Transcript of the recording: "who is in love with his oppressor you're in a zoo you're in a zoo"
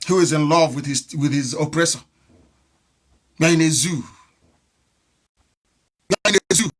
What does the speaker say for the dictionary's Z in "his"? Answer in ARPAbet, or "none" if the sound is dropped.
Z